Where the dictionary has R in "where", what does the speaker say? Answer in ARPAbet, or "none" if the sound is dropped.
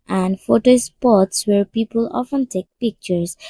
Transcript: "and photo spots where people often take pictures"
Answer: R